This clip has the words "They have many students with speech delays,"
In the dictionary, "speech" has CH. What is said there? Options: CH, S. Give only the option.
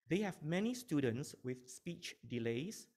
CH